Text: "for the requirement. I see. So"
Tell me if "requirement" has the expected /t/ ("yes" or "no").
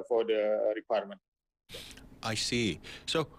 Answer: yes